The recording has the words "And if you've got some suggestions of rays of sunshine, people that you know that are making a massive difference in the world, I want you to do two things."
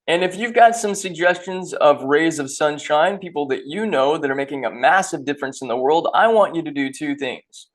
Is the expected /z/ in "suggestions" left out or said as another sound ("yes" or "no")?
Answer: no